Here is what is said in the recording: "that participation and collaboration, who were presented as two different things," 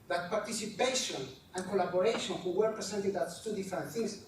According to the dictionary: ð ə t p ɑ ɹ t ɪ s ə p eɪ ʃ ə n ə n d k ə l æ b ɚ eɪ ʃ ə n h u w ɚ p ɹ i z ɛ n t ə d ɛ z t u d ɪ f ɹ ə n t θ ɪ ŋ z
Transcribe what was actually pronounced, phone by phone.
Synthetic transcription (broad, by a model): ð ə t p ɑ ɹ t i s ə p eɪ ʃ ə n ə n k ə l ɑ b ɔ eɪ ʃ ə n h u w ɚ p ɹ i s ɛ n t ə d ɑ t t u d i f ɹ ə n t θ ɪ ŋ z